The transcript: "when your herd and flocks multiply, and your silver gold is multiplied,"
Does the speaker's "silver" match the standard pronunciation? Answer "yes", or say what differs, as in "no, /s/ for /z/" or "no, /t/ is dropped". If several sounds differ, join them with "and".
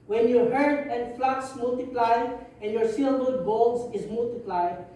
no, /w/ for /v/